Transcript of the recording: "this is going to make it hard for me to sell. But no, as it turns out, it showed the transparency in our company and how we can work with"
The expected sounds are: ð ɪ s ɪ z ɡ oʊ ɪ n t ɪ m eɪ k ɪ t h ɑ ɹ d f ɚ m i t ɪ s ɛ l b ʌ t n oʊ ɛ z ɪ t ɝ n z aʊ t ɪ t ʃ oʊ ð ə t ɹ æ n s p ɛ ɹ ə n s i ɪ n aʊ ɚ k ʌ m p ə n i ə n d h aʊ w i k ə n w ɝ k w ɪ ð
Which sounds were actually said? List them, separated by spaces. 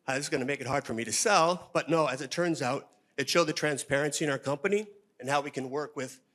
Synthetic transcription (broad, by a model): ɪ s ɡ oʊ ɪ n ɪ m eɪ k ɪ t h ɑ ɹ d f ɚ m i t ɪ s ɛ l b ʌ t n oʊ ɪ z ɪ t ɝ n z aʊ t ɪ t ʃ oʊ ð ə t ɹ æ n s p ɛ ɹ ə n s i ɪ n aʊ ɚ k ʌ m p ə n i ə n h aʊ w i k ə n w ɝ k w ɪ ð